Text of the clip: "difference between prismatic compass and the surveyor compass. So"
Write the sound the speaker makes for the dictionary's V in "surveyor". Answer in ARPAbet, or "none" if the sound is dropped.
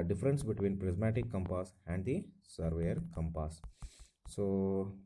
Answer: V